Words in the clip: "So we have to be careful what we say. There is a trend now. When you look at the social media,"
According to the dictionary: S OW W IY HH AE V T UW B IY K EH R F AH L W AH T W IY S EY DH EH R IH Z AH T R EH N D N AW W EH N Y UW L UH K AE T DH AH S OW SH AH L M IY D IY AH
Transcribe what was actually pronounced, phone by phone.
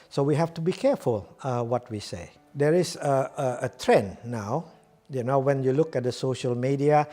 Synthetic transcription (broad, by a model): S OW W IY HH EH F T UW B IY K EH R F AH L W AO T W IY S EY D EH R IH S AH T R EH N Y N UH W EH N Y UW L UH K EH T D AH S OW SH AH L M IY D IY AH